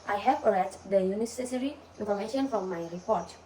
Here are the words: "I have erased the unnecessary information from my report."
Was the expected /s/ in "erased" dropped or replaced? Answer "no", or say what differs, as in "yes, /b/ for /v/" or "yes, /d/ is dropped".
yes, /s/ is dropped